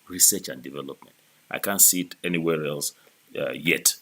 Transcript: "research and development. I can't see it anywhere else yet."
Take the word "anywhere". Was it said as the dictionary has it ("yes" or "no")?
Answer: yes